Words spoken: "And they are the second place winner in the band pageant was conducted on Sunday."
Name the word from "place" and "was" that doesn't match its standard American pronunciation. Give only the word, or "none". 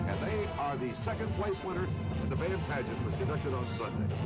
none